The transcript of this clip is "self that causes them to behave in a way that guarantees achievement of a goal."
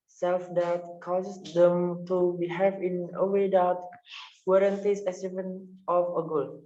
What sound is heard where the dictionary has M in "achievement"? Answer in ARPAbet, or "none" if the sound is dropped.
none